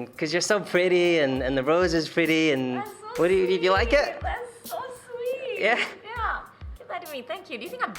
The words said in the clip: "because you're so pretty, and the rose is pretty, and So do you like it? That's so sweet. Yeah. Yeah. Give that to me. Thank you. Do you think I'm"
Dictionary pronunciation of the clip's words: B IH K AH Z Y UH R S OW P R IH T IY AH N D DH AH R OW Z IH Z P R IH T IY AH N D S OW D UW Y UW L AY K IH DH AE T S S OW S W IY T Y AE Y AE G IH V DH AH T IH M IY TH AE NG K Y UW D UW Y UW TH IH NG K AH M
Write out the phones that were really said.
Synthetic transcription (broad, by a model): K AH Z Y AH R S OW P R IH T IY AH N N DH AH R OW Z IH Z P R IH T IY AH N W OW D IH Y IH L AY K IH T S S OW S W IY Y AE Y AE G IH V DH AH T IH M IY TH AE NG K Y UW D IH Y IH TH IH NG K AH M